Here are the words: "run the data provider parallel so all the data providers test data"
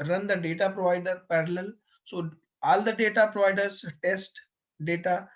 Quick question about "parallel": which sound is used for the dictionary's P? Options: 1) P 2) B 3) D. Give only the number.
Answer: 1